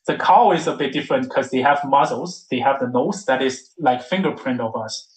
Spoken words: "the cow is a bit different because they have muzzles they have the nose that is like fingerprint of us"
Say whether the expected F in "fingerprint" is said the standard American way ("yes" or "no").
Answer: yes